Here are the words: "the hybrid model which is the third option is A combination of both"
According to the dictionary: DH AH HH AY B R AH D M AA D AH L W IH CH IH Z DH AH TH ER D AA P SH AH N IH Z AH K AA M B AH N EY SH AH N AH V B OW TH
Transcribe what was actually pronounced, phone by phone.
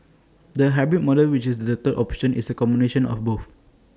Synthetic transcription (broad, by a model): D AH HH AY B AH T M AA D AH L W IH CH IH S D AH T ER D AA P SH AH N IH S AH K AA M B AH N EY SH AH N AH F B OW F